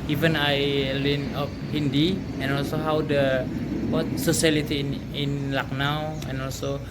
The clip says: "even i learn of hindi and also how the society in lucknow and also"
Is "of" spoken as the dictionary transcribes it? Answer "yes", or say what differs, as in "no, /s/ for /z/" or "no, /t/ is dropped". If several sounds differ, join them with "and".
no, /p/ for /v/